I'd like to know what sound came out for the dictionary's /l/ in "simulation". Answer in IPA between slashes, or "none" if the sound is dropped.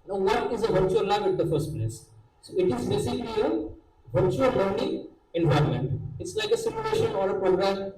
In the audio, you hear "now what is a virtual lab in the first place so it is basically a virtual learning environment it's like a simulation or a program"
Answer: none